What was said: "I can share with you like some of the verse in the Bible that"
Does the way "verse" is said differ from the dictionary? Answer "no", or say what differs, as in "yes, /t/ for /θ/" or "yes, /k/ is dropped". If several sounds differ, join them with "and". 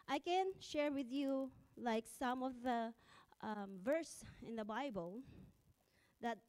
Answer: no